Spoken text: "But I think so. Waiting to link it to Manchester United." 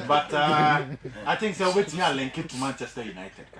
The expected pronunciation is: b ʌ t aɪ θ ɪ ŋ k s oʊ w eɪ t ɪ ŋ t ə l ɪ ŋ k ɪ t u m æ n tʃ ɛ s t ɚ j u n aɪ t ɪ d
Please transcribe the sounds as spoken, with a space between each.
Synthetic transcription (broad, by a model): b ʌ t aɪ t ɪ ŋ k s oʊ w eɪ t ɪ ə l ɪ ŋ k ɪ t u m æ n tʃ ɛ s t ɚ j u n aɪ t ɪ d